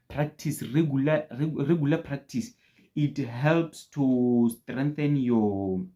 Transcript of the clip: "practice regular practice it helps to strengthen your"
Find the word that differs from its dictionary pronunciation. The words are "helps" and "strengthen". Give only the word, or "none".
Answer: none